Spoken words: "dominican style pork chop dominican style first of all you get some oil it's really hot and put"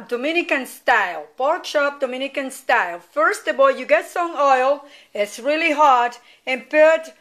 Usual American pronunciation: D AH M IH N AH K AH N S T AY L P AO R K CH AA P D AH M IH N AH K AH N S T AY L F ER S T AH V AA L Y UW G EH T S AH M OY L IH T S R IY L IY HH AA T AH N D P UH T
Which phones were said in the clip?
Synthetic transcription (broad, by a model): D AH M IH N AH K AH N S T AY L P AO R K SH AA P D AH M IH N AH K AH N S T AY L F ER S T AH V AA L Y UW G EH T S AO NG OY L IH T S R IY L IY HH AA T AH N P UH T